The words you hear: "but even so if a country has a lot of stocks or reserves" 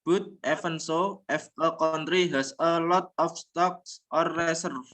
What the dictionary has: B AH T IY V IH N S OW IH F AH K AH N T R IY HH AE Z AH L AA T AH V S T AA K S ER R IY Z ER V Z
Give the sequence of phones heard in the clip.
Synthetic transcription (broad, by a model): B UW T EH F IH N S OW IH F AH K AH N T R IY HH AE S AH L AA T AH F S T AA K S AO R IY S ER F